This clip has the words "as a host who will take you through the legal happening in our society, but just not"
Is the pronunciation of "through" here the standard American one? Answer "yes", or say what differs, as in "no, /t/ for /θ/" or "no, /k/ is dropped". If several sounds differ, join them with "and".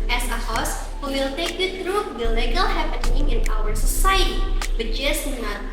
no, /t/ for /θ/